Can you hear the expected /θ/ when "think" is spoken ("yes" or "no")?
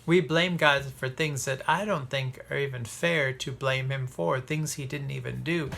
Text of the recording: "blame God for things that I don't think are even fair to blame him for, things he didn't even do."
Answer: yes